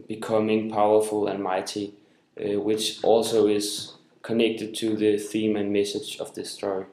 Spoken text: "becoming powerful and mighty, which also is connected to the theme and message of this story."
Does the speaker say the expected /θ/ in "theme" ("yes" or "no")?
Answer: yes